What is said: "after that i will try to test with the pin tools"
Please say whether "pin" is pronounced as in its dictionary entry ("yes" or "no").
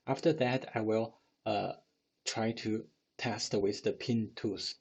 yes